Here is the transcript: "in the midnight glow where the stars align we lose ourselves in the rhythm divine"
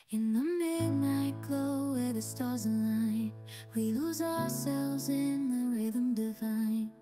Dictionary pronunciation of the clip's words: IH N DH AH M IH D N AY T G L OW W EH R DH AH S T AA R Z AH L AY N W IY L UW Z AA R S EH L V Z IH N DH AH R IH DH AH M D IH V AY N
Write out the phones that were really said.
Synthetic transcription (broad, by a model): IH N DH AH M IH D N AY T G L OW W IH DH AH S T AA R Z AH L AY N W IY L UW Z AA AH S EH L V Z IH N DH AH R IH DH AH M D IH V AY N